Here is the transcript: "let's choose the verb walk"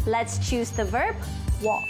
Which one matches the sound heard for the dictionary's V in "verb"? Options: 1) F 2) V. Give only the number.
2